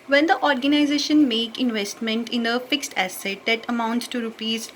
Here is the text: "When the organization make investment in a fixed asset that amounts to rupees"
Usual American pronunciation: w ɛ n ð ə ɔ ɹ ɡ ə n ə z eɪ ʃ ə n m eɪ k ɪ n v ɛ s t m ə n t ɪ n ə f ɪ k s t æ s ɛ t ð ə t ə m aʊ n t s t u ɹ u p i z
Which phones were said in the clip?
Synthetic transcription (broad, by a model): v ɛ n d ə ɔ ɹ ɡ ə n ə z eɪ ʃ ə n m eɪ k ɪ n v ɛ s t m ə n t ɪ n ə f ɪ k s t æ s ɛ t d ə t ə m aʊ n t s t u ɹ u p i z